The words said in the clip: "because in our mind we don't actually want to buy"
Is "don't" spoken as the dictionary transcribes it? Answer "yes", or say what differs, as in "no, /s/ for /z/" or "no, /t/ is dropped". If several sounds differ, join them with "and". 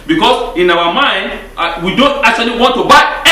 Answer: yes